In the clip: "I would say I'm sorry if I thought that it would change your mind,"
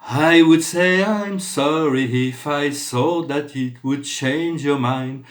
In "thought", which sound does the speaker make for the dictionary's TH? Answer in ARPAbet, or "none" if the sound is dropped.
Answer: S